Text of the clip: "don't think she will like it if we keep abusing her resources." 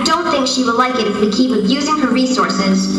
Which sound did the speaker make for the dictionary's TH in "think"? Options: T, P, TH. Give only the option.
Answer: TH